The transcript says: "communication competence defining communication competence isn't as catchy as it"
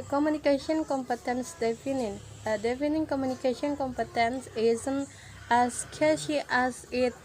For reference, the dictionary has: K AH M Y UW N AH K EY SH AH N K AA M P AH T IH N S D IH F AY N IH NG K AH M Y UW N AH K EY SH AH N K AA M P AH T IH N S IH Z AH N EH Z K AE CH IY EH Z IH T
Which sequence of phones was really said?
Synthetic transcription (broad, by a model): K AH M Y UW N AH K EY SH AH N K AA M P AH T IH N S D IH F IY N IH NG K AH M Y UW N AH K EY SH AH N K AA M P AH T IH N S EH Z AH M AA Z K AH SH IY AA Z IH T